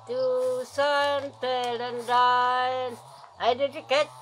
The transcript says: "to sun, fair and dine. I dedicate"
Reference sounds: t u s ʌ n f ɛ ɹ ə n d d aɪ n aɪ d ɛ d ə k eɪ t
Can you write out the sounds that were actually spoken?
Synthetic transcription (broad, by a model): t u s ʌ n p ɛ l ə n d d aɪ n aɪ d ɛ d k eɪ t